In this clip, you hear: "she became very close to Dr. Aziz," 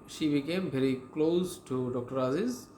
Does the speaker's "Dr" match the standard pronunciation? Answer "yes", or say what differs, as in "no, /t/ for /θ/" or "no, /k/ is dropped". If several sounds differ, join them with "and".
yes